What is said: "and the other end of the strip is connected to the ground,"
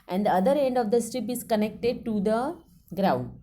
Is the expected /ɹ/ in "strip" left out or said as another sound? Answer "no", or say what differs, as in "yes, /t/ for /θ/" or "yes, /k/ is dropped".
no